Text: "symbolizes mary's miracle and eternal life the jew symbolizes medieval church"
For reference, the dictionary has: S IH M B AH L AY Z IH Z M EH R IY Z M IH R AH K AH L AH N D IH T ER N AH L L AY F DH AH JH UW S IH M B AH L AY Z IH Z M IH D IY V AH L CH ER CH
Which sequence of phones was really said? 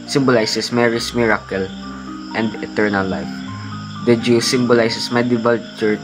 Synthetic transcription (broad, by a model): S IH M B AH L AY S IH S M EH R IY S M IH R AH K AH L AH N D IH T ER N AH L L AY F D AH JH UW S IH M B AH L AY S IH S M IH D IY V AH L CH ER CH